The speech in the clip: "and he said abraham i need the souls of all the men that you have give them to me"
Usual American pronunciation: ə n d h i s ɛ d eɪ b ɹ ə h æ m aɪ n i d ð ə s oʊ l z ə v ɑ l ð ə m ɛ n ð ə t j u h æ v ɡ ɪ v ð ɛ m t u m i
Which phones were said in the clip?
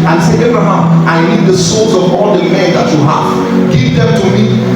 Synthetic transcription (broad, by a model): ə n s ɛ eɪ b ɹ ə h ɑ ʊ aɪ n i d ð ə s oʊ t ə v ɑ l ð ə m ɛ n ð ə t j u h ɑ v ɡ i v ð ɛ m t u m i